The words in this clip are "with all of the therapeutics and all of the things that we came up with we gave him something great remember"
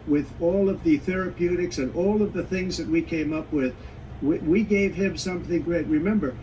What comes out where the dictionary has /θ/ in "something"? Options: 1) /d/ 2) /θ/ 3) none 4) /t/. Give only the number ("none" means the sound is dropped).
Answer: 2